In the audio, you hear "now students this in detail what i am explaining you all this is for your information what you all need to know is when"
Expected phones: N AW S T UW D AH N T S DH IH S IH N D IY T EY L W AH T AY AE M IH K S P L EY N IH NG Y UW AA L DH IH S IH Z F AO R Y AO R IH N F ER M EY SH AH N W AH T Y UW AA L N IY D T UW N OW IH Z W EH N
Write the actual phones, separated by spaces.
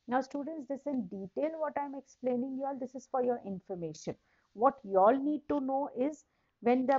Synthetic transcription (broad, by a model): N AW S T UW D AH N T S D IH S IH N D IY T EY L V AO T AY M IH K S P L EY N IH NG Y UW AA L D IH S IH Z F AO R Y AO R IH N F ER M EY SH AH N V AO T Y UW AA L N IY D T UW N OW IH Z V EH N